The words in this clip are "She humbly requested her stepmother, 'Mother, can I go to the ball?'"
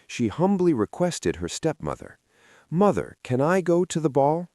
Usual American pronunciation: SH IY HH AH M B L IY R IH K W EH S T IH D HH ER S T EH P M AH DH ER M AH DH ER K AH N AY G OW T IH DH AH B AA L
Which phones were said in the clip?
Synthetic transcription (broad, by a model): SH IY HH AH M B L IY R IH K W EH S T IH D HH ER S T EH P M AH DH ER M AH DH ER K AH N AY G OW T IH DH AH B AA L